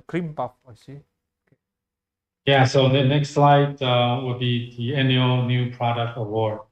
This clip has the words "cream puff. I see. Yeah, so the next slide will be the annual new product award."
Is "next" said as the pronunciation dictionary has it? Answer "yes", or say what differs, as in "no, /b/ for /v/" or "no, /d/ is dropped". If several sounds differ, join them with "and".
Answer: yes